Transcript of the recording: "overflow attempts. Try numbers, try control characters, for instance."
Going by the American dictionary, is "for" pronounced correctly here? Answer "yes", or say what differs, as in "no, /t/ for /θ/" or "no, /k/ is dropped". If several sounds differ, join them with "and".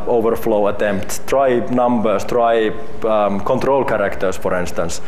yes